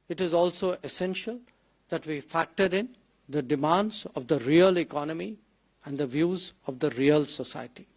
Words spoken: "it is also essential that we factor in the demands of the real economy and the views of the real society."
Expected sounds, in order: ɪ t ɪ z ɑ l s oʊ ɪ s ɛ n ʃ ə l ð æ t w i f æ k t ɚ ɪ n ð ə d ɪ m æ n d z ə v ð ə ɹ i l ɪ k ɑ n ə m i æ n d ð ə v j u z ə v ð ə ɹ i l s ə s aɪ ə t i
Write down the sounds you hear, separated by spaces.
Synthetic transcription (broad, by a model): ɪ t ɪ z ɑ l s oʊ ɪ s ɛ n ʃ ə l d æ t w i f æ k t ɚ ɪ n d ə d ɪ m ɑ n d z ə v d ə ɹ i l ɪ k ɑ n ə m i æ n d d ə v j u z ə v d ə ɹ i l s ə s aɪ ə t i